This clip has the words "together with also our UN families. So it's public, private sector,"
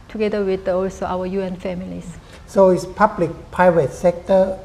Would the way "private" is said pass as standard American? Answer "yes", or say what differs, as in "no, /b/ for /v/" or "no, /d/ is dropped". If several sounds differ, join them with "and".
no, /ɹ/ is dropped